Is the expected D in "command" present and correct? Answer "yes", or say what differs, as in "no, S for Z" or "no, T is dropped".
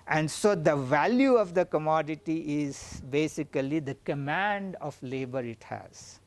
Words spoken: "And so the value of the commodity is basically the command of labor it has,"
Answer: yes